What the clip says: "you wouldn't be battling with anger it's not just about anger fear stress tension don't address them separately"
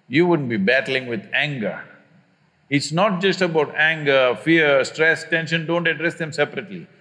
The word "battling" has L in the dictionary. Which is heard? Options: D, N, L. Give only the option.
L